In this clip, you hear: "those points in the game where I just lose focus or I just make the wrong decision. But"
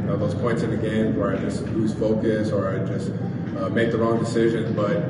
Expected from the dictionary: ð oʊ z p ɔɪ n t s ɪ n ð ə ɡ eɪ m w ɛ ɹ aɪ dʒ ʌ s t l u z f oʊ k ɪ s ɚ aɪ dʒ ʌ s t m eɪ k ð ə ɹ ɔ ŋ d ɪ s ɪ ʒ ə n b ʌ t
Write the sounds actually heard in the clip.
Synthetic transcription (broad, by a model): ð oʊ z p ɔɪ n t s ɪ n ð ə ɡ eɪ m w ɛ ɹ aɪ dʒ ʌ s t l u z f oʊ k ɪ s ɚ aɪ dʒ ʌ s t m eɪ k ð ə ɹ ɔ ŋ d ɪ s ɪ ʒ ə n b ʌ t